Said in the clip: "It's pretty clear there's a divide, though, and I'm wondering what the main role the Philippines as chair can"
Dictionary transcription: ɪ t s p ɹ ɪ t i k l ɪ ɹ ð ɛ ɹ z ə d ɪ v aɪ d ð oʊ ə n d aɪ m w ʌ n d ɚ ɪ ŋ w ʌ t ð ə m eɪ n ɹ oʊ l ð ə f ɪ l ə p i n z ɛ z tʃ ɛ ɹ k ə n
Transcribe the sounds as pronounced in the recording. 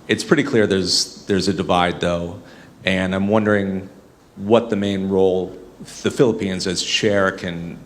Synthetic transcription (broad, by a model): ɪ t s p ɹ ɪ t i k l ɪ ɹ ð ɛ ɹ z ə d ɪ v aɪ d ð oʊ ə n aɪ m w ʌ n d ɚ ɪ ŋ w ʌ t ð ə m eɪ n ɹ oʊ l ð ə f ɪ l ə p i n z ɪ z ʃ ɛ ɹ k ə n